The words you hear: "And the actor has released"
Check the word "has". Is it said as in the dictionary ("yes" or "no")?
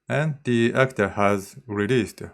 yes